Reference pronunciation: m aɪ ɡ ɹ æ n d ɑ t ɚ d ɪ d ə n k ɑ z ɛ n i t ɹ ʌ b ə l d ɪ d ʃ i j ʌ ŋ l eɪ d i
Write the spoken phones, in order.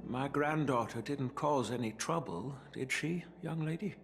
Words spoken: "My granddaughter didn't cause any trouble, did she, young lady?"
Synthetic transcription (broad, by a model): m aɪ ɡ ɹ æ n d ɑ t ɚ d ɪ d n k ɑ z ɛ n i t ɹ ʌ b ə l d ɪ d ʃ i j ʌ ŋ l eɪ d i